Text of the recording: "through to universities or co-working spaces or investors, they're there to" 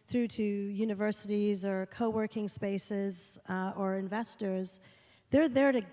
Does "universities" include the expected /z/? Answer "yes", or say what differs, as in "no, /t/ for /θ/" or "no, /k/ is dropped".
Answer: yes